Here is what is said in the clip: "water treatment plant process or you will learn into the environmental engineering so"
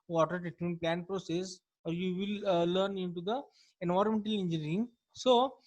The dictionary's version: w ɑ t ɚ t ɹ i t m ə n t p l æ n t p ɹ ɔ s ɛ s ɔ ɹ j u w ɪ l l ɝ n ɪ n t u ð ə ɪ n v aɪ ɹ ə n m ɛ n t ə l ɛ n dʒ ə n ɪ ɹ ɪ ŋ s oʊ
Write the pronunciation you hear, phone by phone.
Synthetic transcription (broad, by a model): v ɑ t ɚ t i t ə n p l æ n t p ɹ ɔ s ɛ s ɔ ɹ j u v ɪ l l ɝ n ɪ n t u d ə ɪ n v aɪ ɹ m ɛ n t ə l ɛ n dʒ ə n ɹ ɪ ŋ s oʊ